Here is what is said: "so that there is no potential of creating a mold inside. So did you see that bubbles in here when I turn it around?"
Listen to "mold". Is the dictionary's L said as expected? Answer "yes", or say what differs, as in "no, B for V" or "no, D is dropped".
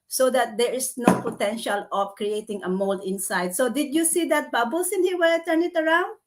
yes